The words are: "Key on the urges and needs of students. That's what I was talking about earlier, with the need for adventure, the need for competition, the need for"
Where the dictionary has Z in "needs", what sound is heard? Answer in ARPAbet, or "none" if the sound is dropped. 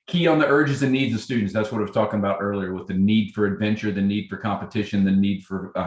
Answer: Z